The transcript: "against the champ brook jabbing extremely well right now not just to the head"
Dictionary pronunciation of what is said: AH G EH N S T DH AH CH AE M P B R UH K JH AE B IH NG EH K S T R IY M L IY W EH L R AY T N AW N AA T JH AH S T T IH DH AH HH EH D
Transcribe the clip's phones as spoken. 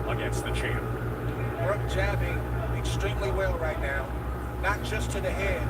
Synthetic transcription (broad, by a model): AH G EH N S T DH AH CH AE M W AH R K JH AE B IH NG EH S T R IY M L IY W EH L R AY T N AW N AA T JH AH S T T IH DH AH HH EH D